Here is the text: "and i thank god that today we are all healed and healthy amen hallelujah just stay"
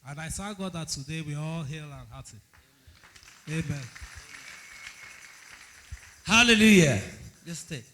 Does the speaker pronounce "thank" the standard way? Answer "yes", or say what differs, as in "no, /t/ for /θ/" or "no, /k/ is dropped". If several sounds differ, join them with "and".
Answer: no, /s/ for /θ/